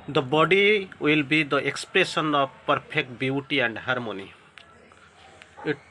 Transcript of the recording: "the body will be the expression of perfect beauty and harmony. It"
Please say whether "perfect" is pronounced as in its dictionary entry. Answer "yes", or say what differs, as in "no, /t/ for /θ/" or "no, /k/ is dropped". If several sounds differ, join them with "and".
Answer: no, /p/ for /f/